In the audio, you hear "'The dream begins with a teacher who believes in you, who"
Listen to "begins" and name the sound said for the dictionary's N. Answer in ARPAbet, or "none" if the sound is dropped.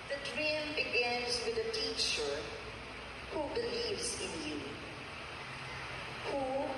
N